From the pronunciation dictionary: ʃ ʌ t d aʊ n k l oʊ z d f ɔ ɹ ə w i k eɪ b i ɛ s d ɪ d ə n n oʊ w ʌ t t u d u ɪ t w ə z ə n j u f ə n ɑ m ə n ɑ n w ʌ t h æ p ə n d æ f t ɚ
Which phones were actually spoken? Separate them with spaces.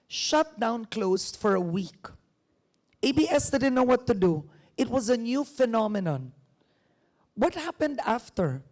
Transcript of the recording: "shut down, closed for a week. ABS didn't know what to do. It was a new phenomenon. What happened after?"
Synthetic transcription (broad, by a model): ʃ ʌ t d aʊ n k l oʊ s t f ɔ ɹ ə w i k eɪ b i ɛ s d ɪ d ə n n oʊ w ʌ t t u d u ɪ t w ə z ə n j u f ə n ɑ m ə n ɑ n w ʌ t h æ p ə n d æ f t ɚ